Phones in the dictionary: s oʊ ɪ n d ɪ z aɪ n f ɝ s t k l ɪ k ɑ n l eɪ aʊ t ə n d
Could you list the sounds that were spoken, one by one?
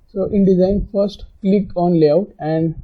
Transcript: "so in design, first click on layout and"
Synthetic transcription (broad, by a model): s oʊ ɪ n d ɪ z aɪ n f ɝ s t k l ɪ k ɑ n l eɪ aʊ t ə n d